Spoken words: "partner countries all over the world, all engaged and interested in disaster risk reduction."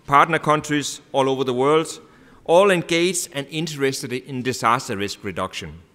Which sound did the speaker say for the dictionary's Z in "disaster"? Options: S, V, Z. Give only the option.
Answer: S